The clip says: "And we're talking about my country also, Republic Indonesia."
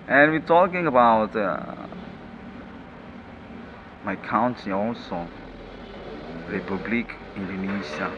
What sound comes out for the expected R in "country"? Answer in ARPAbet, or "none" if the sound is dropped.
none